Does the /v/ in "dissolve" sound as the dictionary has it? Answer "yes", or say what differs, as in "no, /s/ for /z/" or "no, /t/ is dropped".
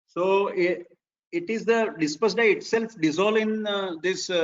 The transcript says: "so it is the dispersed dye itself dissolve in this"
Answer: no, /v/ is dropped